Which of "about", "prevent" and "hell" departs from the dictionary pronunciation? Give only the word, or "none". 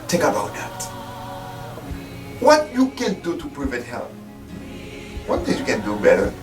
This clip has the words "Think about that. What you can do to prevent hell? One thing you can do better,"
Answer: prevent